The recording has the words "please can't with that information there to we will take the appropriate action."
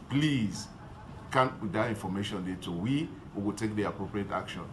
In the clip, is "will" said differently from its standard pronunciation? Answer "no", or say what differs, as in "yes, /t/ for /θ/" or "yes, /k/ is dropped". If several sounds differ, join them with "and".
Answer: yes, /w/ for /l/